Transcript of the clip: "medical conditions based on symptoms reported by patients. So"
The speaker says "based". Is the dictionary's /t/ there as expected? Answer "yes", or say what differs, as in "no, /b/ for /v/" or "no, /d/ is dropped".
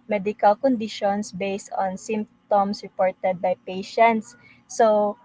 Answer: yes